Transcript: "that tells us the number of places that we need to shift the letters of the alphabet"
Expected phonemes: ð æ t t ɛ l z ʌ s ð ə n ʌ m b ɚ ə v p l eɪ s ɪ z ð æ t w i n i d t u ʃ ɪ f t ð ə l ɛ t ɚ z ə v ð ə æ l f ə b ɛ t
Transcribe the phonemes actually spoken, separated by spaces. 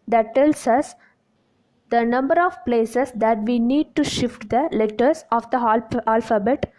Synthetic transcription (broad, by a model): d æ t t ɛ l s ʌ s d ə n ʌ m b ɚ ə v p l eɪ s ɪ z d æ t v i n i d t u ʃ ɪ f t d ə l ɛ t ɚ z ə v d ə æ l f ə b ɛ t